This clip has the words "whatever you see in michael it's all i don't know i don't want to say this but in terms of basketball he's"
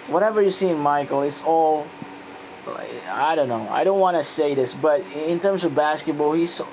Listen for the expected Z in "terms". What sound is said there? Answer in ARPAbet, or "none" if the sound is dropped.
Z